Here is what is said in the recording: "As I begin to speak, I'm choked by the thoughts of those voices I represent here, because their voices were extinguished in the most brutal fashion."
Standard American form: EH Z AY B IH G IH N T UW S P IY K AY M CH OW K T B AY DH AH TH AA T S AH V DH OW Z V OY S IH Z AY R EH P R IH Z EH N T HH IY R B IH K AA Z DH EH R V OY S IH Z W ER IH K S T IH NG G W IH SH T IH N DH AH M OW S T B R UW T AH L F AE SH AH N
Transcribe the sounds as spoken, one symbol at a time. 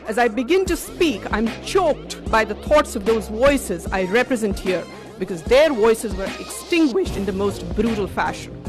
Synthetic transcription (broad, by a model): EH Z AY B IH G IH N T UW S P IY K AY M CH OW K T B AY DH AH T AA T S AH V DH OW Z V OY S IH Z AY R EH P R IH Z EH N T HH IY R B IH K AA Z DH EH R V OY S IH Z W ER IH K S T IH NG G W IH SH T IH N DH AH M OW S T B R UW T AH L F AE SH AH N